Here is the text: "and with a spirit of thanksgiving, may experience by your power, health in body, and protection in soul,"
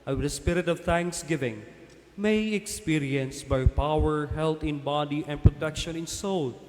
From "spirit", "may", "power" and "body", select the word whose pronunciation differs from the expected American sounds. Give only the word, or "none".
none